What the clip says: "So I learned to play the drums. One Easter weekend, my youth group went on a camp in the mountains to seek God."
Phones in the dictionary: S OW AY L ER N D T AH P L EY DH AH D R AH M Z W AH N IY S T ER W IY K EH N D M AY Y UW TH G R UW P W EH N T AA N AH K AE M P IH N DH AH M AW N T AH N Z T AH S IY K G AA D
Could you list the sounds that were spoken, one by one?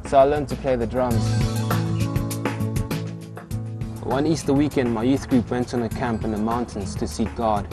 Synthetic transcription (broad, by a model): S OW AY L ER N T AH P L EY DH AH D R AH M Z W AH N IY S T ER W IY K EH N D M AY Y UW TH G R UW P W EH N T N AH K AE M P IH N DH AH M AW N T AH N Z T AH S IY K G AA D